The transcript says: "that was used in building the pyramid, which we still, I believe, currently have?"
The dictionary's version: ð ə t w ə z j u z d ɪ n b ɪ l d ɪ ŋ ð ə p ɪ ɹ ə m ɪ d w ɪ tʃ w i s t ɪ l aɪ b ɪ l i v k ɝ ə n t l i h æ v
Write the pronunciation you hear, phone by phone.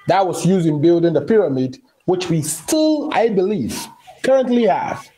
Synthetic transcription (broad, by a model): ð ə t w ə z j u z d ɪ n b ɪ l d ɪ ŋ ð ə p ɪ ɹ ə m ɪ d w ɪ tʃ w i s t ɪ l aɪ b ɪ l i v k ɝ ə n t l i h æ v